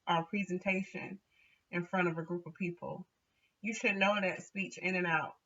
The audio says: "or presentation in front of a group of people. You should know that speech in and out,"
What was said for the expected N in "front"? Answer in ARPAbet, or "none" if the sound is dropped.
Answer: none